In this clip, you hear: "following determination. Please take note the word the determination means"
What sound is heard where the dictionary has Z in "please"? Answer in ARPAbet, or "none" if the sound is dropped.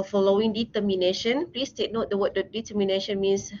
S